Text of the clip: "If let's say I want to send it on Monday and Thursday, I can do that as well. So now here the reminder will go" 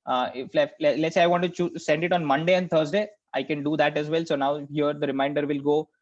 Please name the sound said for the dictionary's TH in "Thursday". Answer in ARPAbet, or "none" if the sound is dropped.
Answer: T